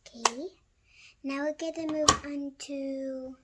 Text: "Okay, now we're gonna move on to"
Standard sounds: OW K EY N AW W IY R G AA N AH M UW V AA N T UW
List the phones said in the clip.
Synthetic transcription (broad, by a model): K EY N AW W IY L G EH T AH M UW V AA N T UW